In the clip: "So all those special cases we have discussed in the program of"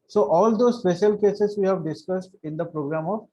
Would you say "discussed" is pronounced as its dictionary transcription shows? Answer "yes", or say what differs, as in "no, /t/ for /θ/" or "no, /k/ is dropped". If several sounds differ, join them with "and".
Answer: yes